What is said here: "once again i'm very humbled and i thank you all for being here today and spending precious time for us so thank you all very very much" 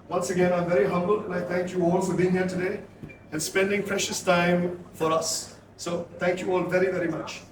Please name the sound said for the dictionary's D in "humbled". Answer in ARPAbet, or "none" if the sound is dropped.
none